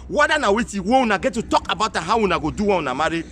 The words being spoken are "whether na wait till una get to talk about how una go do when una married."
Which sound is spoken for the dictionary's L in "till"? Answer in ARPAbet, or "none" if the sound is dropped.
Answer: W